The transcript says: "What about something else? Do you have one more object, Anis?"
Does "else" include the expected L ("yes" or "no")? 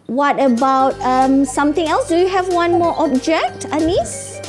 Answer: yes